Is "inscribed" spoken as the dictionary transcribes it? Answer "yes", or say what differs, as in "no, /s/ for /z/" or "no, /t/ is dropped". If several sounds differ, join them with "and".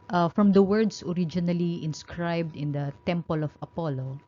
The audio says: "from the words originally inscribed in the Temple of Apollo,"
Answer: yes